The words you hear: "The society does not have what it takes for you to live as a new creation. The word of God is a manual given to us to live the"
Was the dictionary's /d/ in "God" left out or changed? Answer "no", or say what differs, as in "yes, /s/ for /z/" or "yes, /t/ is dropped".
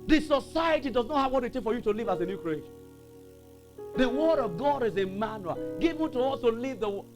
no